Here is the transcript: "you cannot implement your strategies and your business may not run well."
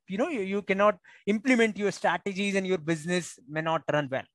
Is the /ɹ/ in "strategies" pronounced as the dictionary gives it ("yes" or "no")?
yes